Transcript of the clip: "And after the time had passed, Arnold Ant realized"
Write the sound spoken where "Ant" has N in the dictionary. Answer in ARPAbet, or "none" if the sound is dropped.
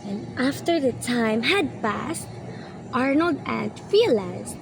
N